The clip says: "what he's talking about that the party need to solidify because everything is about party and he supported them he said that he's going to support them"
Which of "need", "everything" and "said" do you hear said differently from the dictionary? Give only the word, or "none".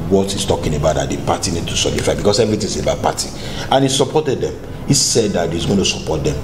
everything